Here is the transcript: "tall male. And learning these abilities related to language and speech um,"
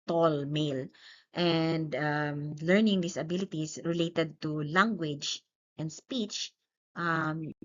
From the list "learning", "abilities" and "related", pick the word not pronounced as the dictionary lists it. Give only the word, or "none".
abilities